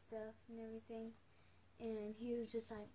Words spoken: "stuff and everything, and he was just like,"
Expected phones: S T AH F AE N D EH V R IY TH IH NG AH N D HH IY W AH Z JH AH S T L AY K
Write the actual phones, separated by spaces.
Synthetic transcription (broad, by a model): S T AH F N EH V R IY TH IH NG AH N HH IY W AH Z JH AH S T L AY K